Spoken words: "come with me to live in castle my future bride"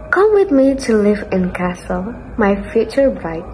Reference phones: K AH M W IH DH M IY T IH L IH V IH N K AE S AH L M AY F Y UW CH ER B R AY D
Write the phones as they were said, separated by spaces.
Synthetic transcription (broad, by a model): K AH M W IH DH M IY T IH L IH V IH N K AE S AH L M AY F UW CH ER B R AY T